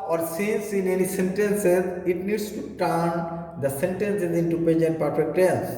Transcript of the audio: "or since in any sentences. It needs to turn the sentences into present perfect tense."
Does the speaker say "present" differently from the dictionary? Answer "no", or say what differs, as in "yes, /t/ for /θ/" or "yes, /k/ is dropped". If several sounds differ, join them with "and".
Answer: yes, /ɹ/ is dropped